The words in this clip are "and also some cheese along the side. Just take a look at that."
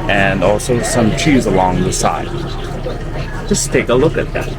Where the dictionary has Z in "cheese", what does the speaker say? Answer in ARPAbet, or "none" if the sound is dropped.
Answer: Z